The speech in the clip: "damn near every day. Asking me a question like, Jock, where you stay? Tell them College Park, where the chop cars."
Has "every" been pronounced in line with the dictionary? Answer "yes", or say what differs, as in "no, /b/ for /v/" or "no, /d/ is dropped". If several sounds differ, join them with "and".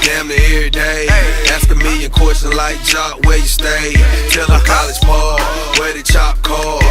no, /v/ is dropped